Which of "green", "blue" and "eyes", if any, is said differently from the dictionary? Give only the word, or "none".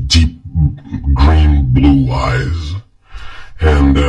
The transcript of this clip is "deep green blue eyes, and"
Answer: none